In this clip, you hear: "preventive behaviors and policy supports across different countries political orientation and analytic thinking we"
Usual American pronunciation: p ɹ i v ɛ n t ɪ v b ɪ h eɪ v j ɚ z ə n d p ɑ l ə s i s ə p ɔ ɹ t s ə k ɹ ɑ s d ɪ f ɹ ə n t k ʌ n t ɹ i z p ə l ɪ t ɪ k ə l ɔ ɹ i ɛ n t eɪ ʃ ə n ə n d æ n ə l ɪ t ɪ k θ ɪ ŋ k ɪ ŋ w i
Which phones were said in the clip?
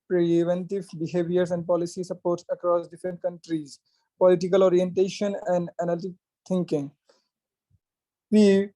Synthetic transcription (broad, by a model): p ɹ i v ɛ n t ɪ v b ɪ h eɪ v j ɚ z ə n d p ɑ l ə s i s ə p ɔ ɹ t s ə k ɹ ɑ s d ɪ f ɹ ə n t k ʌ n t ɹ i z p ə l ɪ t ɪ k ə l ɔ ɹ i ɛ n t eɪ ʃ ə n ə n d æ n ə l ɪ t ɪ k t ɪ ŋ k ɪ ŋ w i